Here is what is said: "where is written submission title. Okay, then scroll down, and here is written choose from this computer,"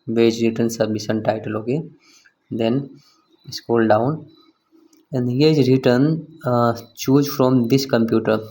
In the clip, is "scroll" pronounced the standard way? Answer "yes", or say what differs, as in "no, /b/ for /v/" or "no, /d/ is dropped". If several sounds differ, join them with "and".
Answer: no, /ɹ/ is dropped